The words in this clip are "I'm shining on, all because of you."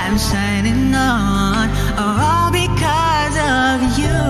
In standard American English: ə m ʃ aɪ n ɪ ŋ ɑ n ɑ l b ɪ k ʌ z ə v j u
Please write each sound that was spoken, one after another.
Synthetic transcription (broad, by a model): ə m s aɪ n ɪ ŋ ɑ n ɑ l b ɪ k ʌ z ə v j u